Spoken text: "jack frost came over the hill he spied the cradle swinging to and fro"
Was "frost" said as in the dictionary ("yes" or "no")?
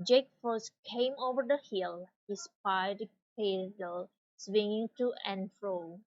no